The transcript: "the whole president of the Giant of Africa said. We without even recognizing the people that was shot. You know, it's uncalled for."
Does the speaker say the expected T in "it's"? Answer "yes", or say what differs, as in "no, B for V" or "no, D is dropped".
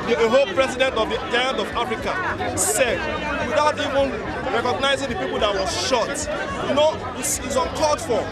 no, S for T